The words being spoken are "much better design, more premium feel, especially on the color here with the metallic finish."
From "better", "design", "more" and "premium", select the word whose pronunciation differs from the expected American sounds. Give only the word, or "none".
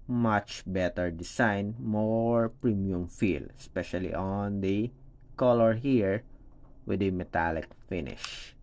design